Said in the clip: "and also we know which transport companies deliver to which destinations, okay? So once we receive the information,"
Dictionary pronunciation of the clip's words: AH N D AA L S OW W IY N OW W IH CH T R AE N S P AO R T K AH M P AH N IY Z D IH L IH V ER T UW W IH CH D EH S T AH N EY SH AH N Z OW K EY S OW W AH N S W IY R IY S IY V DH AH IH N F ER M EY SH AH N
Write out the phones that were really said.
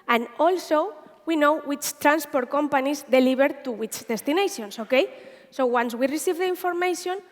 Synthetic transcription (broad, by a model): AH N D AA L S OW W IY N OW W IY CH T R AE N S P AO R T K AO M P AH N IY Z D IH L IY B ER T UW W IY CH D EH S T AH N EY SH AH N S OW K EY S OW W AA N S W IY R IY S IY V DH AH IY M F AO M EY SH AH N